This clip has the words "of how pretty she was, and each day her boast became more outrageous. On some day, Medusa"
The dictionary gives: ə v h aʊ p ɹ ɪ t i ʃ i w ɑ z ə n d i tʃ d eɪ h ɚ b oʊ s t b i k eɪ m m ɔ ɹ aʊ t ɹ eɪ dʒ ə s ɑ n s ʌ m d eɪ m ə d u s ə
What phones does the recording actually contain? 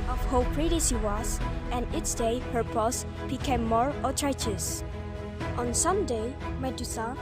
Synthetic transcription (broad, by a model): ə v h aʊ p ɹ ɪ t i s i w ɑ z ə n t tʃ d eɪ h ɚ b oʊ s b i k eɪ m m ɔ ɹ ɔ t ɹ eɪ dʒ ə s ɑ n s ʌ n d eɪ m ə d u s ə